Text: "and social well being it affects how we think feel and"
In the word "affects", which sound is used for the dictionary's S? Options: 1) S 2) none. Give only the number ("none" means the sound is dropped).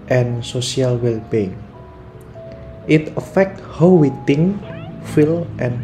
2